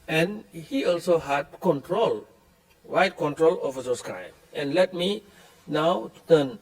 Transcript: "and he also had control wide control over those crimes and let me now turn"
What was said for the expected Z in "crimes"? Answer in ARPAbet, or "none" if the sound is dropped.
none